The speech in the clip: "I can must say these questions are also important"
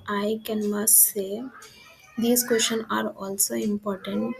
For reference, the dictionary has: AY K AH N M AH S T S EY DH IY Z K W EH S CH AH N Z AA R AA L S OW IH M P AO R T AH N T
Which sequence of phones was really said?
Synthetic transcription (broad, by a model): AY K AH N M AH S S EY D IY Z K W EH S SH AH N AA R AA L S OW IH M P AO R T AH N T